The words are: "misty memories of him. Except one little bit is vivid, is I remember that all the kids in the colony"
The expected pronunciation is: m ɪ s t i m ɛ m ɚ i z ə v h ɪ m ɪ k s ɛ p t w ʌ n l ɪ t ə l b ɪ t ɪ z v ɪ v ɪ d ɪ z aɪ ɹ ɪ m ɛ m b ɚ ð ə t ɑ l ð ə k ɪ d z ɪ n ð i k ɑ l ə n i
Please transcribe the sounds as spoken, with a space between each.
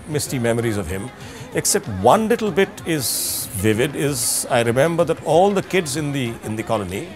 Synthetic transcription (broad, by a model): m ɪ s t i m ɛ m ɚ i z ə v h ɪ m ɪ k s ɛ p t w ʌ n l ɪ t l b ɪ t ɪ z v ɪ v ɪ d ɪ z aɪ ɹ ɪ m ɛ m b ɚ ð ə t ɑ l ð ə k ɪ d z ɪ n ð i k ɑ l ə n i